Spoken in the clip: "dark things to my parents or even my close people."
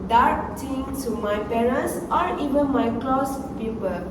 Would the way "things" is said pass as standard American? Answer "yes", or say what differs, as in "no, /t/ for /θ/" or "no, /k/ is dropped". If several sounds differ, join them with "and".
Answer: no, /z/ is dropped